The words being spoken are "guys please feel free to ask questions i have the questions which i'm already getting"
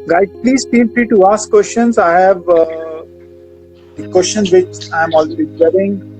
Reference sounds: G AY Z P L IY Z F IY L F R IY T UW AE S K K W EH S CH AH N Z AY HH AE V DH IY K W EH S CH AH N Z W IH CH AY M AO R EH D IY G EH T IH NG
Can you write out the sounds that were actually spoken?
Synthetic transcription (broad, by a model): G AY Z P L IY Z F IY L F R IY T UW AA S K K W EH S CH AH N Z AY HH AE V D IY K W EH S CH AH N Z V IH CH AY M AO L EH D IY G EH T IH NG